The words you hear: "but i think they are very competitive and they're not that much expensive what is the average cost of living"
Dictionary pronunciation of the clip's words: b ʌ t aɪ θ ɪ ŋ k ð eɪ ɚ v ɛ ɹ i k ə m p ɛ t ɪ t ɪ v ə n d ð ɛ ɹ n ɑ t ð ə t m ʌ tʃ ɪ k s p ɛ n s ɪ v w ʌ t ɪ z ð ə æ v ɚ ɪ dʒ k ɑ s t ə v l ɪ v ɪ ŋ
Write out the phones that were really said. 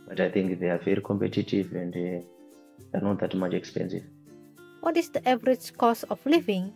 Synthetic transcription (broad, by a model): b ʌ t aɪ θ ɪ ŋ k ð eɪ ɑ v ɛ ɹ i k ə m p ɛ t ɪ t ɪ v ə n d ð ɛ n ɑ t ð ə t m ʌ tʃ ɪ k s p ɛ n s ɪ v w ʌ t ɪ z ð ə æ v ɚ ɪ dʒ k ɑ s ə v l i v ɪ ŋ